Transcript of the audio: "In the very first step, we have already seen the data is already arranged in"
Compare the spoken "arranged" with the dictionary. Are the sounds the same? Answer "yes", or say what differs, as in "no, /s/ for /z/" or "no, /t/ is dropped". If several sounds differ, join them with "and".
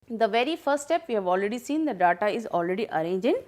no, /d/ is dropped